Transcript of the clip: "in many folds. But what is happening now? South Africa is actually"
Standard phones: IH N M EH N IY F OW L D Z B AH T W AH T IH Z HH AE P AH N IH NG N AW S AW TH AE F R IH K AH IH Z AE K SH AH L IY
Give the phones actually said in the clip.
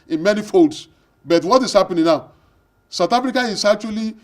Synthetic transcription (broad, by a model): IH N M EH N IY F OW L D S B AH T W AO T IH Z HH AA P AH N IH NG N AW S AW T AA F R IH K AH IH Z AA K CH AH L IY